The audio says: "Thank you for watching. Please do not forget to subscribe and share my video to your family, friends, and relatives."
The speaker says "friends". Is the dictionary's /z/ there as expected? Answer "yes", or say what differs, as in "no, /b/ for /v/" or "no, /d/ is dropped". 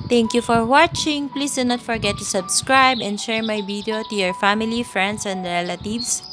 no, /s/ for /z/